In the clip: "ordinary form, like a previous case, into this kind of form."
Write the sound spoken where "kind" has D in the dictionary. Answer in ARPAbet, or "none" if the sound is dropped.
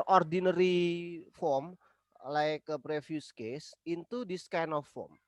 none